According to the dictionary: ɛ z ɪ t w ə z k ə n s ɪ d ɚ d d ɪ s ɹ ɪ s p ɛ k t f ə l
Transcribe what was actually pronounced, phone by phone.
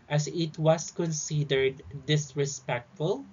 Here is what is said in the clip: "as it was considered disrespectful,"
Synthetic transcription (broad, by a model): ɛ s ɪ t w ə s k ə n s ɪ d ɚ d d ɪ s ɹ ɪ s p ɛ k t f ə l